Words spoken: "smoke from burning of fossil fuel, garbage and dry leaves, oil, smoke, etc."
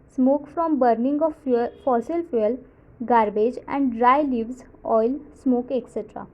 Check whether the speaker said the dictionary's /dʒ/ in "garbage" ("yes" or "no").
yes